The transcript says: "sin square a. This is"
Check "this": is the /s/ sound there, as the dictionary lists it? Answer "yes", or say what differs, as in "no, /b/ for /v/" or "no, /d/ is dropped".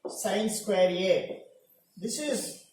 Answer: yes